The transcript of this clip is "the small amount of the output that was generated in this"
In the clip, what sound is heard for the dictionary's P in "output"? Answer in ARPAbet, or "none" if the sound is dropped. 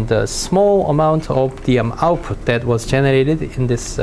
P